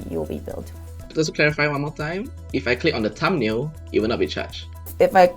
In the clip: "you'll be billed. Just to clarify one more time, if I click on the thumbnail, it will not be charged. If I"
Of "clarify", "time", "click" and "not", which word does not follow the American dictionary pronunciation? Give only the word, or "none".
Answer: none